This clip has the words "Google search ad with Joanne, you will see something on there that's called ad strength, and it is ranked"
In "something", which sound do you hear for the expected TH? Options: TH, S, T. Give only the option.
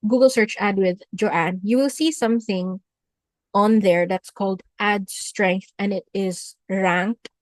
TH